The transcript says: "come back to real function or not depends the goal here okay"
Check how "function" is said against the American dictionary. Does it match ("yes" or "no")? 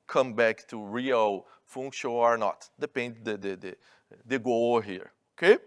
no